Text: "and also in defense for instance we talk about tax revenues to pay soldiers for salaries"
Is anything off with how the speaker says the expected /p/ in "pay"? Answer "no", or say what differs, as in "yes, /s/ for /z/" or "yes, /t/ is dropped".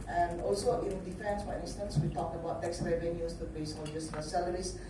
yes, /b/ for /p/